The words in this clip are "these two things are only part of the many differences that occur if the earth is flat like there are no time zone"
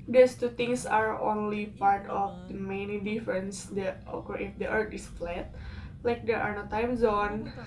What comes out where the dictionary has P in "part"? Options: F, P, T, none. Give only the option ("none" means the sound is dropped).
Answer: P